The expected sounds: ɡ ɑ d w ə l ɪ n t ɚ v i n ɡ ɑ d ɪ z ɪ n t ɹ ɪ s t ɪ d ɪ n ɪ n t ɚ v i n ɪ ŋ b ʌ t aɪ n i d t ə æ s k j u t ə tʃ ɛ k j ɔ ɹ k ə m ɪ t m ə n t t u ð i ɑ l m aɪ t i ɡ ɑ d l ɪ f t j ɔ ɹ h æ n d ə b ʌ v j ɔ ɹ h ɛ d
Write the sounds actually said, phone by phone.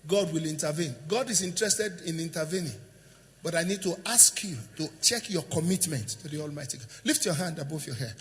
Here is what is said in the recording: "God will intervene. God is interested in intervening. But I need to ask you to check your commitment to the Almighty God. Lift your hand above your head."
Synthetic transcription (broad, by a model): ɡ ɑ d w ə l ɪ n t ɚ v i n ɡ ɑ d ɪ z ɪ n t ɹ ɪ s t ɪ d ɪ n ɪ n t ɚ v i n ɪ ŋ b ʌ t aɪ n i d t ə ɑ s k j u t ə tʃ ɛ k j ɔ k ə m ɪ t m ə n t t u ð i ɑ l m aɪ t i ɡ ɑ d l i f t j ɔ h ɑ n d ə b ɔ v j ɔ h ɛ